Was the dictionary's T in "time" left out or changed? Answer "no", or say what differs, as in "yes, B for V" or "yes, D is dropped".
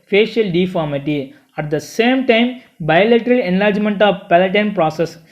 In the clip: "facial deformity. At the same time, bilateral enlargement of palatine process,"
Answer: no